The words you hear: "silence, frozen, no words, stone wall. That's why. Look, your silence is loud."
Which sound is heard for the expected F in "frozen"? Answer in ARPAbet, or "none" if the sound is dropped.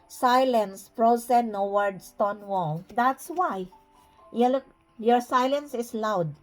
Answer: P